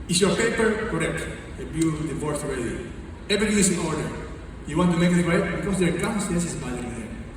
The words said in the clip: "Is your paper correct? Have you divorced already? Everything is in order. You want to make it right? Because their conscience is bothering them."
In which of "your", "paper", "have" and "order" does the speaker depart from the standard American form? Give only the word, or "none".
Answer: have